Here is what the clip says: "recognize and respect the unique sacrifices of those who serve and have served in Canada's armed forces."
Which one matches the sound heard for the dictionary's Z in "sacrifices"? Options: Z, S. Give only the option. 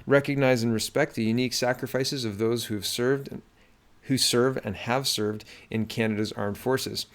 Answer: Z